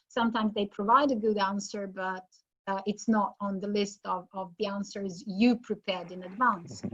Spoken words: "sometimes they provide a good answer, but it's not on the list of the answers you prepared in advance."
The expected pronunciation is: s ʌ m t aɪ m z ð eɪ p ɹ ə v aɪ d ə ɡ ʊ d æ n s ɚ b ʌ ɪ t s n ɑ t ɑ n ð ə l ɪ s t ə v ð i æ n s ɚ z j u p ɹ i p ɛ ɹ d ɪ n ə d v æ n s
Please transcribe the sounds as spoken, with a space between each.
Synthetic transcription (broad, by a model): s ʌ m t aɪ m z ð eɪ p ɹ ə v aɪ d ə ɡ ʊ d æ n s ɚ b ʌ ɪ t s n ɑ t n ð ə l ɪ s t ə v ð i æ n s ɚ z j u p ɹ i p ɛ ɹ d ɪ n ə d v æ n s